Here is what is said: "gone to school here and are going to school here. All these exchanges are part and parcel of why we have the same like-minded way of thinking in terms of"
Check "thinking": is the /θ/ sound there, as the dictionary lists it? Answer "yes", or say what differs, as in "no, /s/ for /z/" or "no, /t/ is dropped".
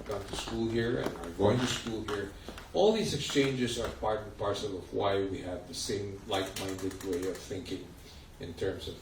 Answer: yes